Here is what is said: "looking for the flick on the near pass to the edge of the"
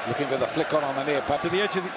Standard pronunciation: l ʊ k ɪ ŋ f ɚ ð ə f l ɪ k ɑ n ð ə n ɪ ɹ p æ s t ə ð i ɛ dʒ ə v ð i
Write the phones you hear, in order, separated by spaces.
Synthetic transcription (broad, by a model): l ʊ k ɪ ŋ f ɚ ð ə f l ɪ k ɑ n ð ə n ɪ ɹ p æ t ə ð i ɛ dʒ ə v ð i